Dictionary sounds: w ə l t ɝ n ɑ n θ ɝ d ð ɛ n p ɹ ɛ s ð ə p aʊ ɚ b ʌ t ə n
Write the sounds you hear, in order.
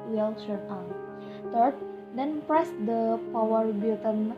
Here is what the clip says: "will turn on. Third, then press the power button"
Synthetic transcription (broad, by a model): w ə l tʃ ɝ ɑ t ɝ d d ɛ n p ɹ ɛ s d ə p aʊ ɚ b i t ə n